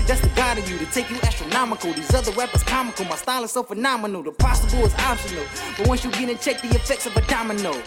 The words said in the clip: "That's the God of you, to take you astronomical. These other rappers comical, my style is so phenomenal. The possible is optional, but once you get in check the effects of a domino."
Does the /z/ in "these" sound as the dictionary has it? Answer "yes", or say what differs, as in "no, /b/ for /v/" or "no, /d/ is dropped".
yes